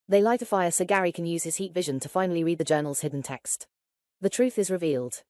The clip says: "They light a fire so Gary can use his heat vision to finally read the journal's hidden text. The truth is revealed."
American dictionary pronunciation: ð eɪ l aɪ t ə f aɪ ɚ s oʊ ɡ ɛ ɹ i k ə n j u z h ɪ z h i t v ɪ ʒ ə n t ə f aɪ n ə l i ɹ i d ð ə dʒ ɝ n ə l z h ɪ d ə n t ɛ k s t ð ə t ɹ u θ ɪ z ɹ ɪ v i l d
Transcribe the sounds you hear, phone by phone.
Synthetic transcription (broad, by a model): ð eɪ l aɪ t ə f aɪ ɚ s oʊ ɡ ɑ ɹ i k ə n j u z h ɪ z h i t v ɪ ʒ ə n t ə f aɪ n ə l i ɹ i d ð ə dʒ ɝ n ə l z h ɪ d n t ɛ k s t ð ə t ɹ u θ ɪ z ɹ ɪ v i l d